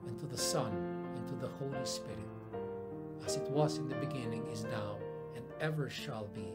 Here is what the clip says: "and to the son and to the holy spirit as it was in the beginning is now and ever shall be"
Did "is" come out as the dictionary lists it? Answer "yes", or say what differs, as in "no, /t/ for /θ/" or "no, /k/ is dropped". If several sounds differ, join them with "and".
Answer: yes